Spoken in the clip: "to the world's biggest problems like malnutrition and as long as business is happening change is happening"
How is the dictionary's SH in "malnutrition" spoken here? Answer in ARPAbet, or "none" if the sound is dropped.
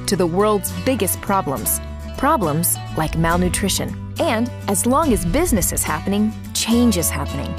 SH